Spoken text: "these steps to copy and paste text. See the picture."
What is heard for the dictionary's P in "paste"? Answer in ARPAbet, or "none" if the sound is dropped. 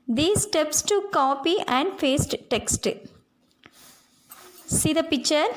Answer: F